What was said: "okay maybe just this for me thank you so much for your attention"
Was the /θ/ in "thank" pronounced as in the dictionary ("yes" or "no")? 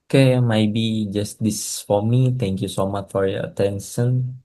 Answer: no